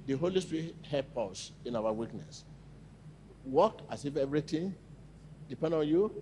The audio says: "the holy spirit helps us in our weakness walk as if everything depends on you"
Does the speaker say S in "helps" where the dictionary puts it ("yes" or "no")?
no